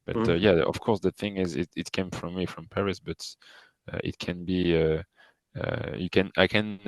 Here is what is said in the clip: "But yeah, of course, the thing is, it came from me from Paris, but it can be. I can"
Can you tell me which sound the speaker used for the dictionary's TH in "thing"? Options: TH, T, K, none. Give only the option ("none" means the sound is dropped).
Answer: TH